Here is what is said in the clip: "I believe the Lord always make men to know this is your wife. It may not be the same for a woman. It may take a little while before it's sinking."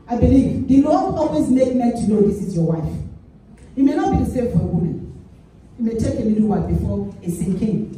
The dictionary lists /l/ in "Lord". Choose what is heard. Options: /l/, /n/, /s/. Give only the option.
/n/